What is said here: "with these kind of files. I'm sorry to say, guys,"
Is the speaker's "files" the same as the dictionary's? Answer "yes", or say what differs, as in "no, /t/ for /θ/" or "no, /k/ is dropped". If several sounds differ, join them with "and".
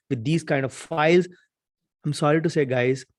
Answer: yes